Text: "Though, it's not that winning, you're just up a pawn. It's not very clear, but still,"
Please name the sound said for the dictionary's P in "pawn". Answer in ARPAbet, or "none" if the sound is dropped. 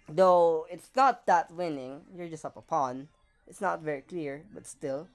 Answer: P